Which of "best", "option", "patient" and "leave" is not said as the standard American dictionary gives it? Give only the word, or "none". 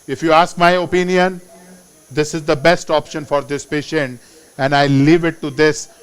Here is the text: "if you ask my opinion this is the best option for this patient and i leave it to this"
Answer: none